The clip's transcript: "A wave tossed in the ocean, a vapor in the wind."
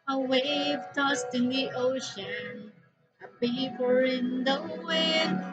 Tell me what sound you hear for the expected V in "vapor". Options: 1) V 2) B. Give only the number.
2